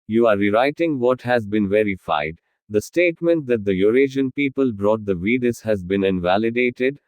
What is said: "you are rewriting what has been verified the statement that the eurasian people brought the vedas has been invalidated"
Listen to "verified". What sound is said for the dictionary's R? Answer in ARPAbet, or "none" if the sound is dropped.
R